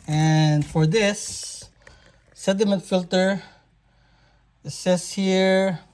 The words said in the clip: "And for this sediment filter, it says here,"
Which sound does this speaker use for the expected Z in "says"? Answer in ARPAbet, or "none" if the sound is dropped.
S